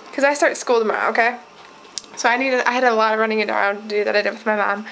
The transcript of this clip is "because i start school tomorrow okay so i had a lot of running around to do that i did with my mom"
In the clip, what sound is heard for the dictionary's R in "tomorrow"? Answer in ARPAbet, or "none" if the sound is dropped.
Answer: none